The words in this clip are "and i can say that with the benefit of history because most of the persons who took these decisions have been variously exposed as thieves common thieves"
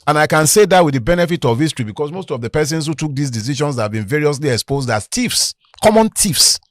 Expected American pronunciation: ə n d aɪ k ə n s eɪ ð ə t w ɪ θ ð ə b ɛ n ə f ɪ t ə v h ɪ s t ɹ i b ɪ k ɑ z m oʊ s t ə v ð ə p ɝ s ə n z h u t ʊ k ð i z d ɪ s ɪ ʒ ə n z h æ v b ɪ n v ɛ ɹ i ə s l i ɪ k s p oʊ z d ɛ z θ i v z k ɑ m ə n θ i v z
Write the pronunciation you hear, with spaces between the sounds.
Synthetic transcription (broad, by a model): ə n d aɪ k ə n s eɪ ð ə t w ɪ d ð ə b ɛ n ə f ɪ t ə v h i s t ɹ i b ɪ k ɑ s m oʊ s t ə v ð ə p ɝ s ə n s h u t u k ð i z d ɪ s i ʃ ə n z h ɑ v b ɪ n v ɛ ɹ i ə s l i ɪ k s p oʊ z d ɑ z t i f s k ɑ m ə n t i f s